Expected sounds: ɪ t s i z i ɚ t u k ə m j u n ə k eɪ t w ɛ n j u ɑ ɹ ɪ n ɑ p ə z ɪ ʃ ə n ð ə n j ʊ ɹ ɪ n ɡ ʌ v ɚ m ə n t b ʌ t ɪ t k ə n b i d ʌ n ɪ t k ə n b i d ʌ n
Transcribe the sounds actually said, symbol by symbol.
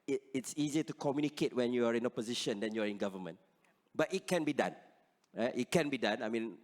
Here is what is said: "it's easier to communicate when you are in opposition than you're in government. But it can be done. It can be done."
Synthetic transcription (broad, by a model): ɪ t s i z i t u k ə m j u n ə k eɪ t w ɛ n j u ɑ ɹ ɪ n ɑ p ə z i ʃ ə n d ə n j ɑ ɹ ɪ n ɡ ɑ v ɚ m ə n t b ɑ t ɪ t k ə n b i d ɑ n ɪ t k ə n b i d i n